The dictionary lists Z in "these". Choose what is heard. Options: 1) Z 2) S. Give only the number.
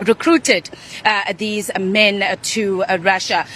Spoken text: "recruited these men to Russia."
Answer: 1